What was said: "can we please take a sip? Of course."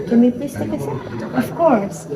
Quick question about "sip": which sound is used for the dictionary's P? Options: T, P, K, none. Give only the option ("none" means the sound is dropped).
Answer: none